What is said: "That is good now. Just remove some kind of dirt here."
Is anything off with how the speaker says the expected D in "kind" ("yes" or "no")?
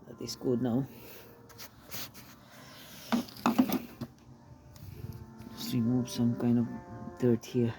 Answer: no